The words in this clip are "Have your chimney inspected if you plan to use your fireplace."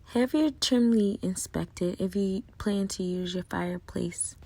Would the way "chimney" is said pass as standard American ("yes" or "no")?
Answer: no